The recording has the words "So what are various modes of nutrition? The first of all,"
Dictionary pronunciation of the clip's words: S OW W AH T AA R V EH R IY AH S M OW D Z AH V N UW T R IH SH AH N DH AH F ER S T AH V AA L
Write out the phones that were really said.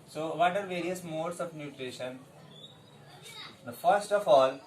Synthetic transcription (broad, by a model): S OW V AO T AA R V EH R IY AH S M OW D S AH V N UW T R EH SH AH N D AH F ER S T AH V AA L